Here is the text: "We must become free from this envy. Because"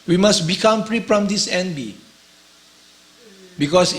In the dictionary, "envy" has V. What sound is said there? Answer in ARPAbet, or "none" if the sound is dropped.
B